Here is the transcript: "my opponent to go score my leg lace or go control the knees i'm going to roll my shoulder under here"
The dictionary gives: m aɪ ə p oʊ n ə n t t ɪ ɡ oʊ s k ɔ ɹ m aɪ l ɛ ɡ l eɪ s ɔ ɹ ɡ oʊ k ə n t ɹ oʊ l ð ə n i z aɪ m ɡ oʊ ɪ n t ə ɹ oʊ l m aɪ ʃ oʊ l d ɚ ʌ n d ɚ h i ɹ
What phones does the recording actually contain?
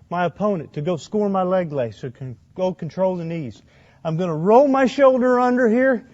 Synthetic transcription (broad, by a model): m aɪ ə p oʊ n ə n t t ɪ ɡ oʊ s k ɔ ɹ m aɪ l ɛ ɡ l eɪ s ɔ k ɡ oʊ k n t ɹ oʊ l ð ə n i z aɪ m ɡ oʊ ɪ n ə ɹ oʊ l m aɪ ʃ oʊ l d ɚ ʌ n d ɚ h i ɹ